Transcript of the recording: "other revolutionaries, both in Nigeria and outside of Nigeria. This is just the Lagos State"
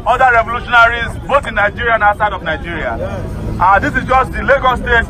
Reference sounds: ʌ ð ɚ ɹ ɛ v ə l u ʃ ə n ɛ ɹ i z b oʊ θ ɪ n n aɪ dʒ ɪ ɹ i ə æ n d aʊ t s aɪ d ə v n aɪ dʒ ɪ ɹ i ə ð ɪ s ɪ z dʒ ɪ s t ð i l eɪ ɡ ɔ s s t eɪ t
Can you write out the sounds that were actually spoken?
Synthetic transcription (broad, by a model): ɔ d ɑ ɹ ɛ v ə l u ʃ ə n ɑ ɹ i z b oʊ t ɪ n n aɪ dʒ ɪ ɹ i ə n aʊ s aɪ d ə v n aɪ dʒ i ɹ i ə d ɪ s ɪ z dʒ ɪ s t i l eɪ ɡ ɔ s s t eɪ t